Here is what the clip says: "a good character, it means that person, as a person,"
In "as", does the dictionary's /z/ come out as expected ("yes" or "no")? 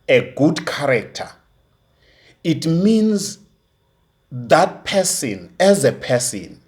yes